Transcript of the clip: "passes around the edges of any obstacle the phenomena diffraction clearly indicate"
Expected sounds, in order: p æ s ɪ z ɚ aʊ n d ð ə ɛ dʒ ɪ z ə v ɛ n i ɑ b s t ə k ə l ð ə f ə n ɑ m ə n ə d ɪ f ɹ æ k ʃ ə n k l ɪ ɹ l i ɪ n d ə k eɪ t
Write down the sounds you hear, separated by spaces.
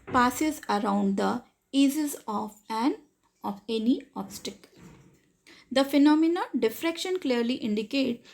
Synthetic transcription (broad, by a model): p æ s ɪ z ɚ aʊ n d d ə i z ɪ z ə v ɛ n i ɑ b s t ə k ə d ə f ə n ɑ m ə n ə d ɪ f ɹ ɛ k ʃ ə n k l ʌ ɹ l i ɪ n d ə k eɪ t